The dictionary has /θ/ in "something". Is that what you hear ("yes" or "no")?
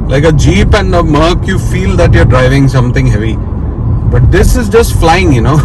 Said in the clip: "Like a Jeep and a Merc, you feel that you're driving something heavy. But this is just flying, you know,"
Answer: no